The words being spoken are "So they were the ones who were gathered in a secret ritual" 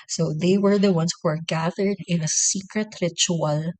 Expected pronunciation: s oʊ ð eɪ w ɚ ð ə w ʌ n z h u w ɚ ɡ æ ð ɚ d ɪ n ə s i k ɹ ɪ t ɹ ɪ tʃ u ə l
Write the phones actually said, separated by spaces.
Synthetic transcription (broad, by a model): s oʊ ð eɪ w ɚ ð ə w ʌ n s h u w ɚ ɡ æ ð ɚ d ɪ n ə s i k ɹ ɪ t ɹ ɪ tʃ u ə l